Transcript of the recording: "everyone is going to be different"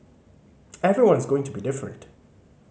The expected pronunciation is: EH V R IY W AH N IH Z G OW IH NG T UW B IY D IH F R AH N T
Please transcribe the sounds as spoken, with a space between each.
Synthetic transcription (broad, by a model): EH V R IY W AH N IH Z G OW IH NG T UW B IY D IH F R AH N T